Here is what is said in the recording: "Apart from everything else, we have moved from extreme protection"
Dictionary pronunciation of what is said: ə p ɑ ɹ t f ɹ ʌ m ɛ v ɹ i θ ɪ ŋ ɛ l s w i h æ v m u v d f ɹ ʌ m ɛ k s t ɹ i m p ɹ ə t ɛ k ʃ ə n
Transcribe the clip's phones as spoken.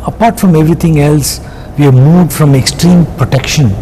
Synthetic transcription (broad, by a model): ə p ɑ ɹ t f ɹ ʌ m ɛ v ɹ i t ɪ ŋ ɛ l s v i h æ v m u v d f ɹ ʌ m ɛ k s t ɹ i m p ɹ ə t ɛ k ʃ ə n